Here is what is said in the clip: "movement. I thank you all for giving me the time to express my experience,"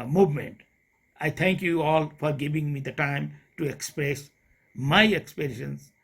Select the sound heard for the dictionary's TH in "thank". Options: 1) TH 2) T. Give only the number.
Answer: 2